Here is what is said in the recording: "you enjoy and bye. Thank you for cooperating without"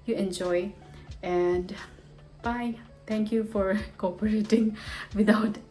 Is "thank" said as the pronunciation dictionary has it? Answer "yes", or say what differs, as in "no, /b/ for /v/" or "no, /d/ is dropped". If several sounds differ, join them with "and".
no, /t/ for /θ/